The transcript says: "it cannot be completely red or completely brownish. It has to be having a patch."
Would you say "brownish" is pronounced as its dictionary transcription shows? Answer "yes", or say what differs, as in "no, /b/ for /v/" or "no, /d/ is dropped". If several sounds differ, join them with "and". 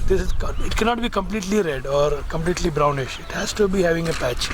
yes